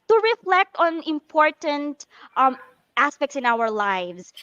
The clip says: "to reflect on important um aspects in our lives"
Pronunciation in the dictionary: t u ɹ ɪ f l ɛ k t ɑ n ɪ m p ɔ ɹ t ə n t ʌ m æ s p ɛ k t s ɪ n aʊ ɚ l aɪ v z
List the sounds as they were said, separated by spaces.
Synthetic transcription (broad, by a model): t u ɹ ɪ f l ɛ k t ɑ n ɪ m p ɔ ɹ t ə n t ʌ m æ s p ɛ k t s ɪ n aʊ ɚ l aɪ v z